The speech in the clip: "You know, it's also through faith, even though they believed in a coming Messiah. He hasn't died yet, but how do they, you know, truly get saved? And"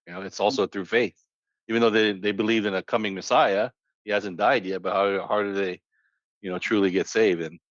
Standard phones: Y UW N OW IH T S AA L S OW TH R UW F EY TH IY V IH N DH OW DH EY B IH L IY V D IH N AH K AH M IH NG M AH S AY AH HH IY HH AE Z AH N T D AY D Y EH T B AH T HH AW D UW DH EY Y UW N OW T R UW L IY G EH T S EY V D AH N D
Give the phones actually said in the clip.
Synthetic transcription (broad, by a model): Y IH N OW IH T S AA L S OW TH R UW F EY TH IY V IH N DH OW DH EY B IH L IY V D IH N AH K AH M IH NG M AH S AY AH HH IY HH AE Z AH N D AY D Y EH T B AH T HH AW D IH DH EY Y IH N OW T R UW L IY G EH T S EY V D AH N